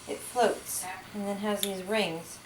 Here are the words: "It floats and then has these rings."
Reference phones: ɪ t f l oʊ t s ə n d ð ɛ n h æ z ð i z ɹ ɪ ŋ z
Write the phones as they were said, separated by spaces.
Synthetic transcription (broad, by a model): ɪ t f l oʊ t s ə n ð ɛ n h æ z ð i z ɹ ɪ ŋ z